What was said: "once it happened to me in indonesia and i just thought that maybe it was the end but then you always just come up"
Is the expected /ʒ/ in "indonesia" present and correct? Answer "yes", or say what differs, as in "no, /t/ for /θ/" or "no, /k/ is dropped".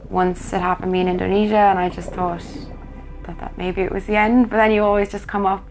yes